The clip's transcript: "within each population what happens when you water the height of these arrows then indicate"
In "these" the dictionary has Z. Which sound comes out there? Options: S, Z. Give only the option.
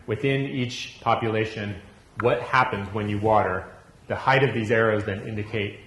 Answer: Z